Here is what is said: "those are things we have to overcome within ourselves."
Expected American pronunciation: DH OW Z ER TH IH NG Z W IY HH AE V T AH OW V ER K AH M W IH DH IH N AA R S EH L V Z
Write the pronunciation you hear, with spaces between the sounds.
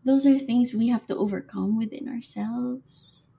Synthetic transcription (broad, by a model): DH OW Z ER TH IH NG Z W IY HH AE F T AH OW V ER K AH M W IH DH IH N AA R S EH L V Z